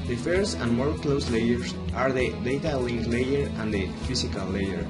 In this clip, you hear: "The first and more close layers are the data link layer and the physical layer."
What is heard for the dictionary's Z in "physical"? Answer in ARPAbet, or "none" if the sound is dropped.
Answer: S